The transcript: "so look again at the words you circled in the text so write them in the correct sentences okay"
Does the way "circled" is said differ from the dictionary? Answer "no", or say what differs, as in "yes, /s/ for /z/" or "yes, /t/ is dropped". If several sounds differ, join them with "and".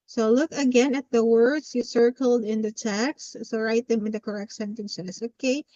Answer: no